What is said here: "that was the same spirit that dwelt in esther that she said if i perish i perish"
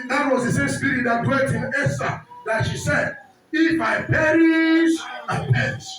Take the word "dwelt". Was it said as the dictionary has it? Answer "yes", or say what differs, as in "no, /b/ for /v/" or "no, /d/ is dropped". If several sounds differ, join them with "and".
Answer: no, /l/ is dropped